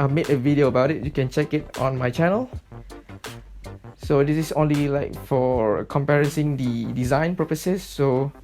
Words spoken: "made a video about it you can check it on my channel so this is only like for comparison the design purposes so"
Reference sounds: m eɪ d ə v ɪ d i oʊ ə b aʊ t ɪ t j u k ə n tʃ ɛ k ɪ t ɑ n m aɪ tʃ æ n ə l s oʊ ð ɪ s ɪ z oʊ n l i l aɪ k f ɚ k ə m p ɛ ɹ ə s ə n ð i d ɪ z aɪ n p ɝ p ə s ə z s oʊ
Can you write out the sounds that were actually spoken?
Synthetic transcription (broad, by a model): m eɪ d ə v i d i oʊ ə b aʊ t ɪ t j u k ə n tʃ ɛ k ɪ t ɑ n m aɪ tʃ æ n ə l s oʊ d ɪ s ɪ s oʊ n l i l aɪ k f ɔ k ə m p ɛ ɹ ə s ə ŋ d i d ɪ z aɪ n p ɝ p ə s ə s oʊ